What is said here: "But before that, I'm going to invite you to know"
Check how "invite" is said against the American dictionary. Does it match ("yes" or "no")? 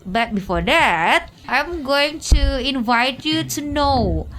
yes